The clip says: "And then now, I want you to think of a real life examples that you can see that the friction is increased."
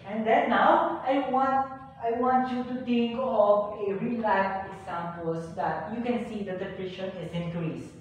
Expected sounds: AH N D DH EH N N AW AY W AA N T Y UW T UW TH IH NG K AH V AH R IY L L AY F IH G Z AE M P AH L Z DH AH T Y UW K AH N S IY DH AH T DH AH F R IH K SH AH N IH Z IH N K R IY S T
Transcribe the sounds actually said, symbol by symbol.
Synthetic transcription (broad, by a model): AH N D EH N N AW AY W AA N T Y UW T UW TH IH NG K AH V AH R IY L L AY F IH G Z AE M P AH L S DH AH T Y UW K AH N S IY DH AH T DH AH P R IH SH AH N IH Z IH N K R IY S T